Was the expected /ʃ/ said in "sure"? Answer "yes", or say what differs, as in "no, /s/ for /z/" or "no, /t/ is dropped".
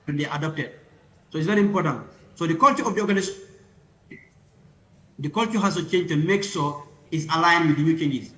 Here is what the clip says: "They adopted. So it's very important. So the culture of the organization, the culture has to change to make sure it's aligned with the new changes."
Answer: no, /s/ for /ʃ/